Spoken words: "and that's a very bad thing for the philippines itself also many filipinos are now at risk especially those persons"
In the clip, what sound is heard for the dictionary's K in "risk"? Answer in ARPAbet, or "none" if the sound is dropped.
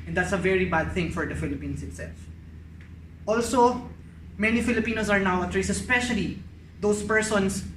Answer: none